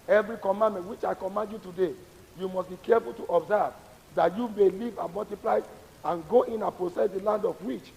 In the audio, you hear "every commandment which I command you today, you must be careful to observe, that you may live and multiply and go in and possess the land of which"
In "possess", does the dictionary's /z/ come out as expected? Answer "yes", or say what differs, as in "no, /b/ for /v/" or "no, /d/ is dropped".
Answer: no, /s/ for /z/